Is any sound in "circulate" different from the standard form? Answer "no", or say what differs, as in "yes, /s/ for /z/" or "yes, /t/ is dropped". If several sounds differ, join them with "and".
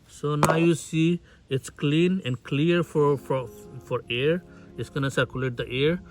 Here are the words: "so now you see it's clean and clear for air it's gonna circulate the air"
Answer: no